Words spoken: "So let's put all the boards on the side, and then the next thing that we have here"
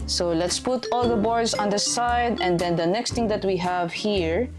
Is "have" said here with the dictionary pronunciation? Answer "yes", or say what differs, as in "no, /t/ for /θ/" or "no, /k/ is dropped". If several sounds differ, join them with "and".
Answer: yes